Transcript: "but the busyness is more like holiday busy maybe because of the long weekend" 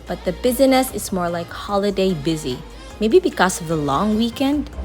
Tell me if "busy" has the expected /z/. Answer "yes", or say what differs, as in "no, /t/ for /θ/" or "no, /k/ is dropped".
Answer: yes